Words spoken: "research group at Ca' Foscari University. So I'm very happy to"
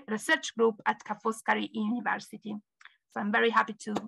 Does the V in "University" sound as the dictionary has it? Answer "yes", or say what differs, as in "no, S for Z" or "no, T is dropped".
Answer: yes